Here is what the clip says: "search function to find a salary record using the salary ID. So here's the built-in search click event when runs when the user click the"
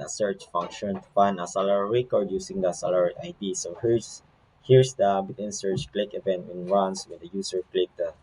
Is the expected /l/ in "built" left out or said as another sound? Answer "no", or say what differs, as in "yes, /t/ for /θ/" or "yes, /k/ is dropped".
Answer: yes, /l/ is dropped